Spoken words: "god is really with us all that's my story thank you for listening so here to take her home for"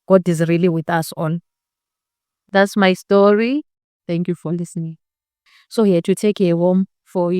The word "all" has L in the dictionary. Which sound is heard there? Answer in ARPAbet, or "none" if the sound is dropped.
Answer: N